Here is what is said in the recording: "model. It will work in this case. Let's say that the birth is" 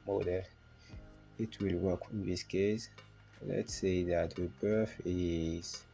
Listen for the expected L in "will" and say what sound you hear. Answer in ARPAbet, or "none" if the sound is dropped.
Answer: L